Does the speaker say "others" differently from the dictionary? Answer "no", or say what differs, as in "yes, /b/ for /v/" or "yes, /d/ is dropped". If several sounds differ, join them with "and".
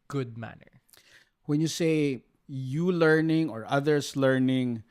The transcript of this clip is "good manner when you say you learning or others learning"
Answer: yes, /s/ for /z/